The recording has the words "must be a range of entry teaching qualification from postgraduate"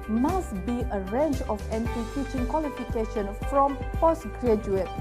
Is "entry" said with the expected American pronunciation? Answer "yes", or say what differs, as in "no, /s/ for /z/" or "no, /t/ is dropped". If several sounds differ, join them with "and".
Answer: no, /ɹ/ is dropped